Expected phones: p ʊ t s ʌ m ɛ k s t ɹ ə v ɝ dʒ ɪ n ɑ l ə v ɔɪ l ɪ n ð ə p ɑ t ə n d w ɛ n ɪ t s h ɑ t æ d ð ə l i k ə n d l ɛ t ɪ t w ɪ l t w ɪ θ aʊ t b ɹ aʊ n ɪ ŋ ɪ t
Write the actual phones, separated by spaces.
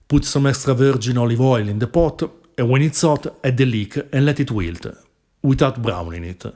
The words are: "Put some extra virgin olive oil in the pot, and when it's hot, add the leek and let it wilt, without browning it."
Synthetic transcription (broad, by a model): p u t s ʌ m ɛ s t ɹ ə v ɝ dʒ ɪ n ɑ l ə v ɔɪ l ɪ n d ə p ɑ t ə w ɛ n ɪ t s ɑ t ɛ d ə l i k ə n l ɛ t ɪ t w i l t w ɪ t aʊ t b ɹ aʊ n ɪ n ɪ t